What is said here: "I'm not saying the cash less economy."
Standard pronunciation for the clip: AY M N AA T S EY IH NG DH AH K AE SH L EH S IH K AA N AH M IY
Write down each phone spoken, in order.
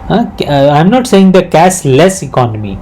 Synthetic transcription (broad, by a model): AY M N AA T S EY IH NG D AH K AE S L EH S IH K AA N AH M IY